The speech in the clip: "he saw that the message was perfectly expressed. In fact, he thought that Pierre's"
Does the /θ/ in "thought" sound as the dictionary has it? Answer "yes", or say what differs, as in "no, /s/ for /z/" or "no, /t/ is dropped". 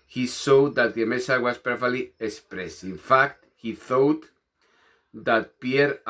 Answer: yes